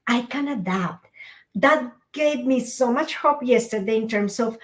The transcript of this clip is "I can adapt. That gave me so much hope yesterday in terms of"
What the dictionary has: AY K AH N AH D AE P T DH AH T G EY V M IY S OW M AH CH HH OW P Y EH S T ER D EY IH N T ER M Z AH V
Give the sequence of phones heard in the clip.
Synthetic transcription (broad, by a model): AY K AH N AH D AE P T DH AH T G EY V M IY S OW M AH CH HH OW P Y EH S T ER D EY IH N T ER M S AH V